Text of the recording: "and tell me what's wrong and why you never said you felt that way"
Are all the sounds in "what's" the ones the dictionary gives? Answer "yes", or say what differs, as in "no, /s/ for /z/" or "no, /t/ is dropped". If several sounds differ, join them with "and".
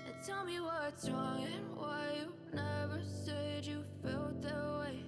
no, /s/ is dropped